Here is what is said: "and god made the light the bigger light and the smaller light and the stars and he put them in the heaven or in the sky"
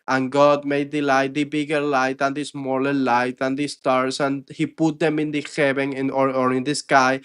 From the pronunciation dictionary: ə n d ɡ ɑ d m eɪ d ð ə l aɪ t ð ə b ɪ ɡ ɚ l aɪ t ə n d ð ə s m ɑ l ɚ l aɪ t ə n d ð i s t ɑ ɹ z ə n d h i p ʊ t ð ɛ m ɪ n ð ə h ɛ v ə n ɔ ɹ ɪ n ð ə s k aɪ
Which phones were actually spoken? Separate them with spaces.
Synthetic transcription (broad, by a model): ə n ɡ ɑ d m eɪ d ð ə l aɪ t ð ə b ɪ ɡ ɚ l aɪ t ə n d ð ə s m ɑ l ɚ l aɪ t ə n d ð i s t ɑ ɹ s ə n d h i p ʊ t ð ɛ m ɪ n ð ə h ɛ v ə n ɔ ɹ ɪ n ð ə s k aɪ